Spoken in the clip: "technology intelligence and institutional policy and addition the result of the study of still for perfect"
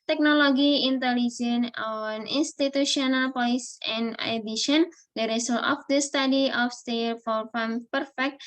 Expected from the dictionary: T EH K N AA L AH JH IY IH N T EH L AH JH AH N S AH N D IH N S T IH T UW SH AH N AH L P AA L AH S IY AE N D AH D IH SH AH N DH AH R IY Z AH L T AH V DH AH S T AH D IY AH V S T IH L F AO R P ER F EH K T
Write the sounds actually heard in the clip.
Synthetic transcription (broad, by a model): T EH K N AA L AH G IY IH N T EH L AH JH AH N AH N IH N S T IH T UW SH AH N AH L P AA L AH S IY N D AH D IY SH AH N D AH R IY S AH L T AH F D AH S T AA D IY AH F S T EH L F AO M P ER F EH K T